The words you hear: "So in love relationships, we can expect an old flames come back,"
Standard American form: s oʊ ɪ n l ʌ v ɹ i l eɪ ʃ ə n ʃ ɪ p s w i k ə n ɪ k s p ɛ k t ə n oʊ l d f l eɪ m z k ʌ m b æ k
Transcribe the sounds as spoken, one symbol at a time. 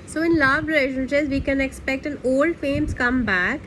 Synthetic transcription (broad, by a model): s oʊ ɪ n l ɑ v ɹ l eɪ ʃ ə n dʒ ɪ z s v i k ə n ɪ k s p ɛ k t ə n oʊ l d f eɪ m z k ʌ m b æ k